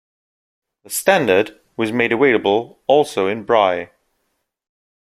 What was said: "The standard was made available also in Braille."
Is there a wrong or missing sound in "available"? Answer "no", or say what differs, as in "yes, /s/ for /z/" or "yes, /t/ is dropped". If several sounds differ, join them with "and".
yes, /w/ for /v/